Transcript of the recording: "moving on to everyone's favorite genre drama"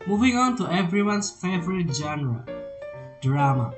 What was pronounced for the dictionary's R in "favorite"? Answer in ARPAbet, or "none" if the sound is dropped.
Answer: R